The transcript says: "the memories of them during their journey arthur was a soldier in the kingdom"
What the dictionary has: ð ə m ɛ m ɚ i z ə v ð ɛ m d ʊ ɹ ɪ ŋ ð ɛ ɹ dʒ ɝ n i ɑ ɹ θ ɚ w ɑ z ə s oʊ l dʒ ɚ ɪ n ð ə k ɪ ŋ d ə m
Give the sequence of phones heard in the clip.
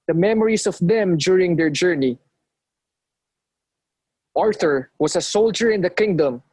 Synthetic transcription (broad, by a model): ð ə m ɛ m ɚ i s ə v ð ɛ m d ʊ ɹ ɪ ŋ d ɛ ɹ dʒ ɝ n i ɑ ɹ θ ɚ w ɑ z ə s oʊ l dʒ ɚ ɪ n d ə k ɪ ŋ d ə m